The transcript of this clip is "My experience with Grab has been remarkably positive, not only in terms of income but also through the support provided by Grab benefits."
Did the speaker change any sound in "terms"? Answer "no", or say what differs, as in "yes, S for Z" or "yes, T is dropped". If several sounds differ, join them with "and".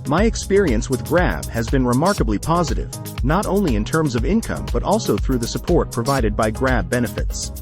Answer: no